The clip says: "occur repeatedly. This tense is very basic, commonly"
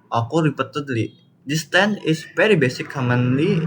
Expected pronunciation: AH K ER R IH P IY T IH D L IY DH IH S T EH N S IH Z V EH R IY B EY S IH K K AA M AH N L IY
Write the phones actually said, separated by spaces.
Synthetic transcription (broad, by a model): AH K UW R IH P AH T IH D L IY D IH S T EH N IH S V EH R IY B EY S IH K K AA M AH N L IY